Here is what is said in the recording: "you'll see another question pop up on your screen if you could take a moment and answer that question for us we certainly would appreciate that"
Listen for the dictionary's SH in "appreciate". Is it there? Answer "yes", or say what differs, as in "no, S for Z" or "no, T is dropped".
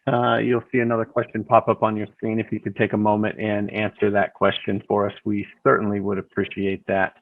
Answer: yes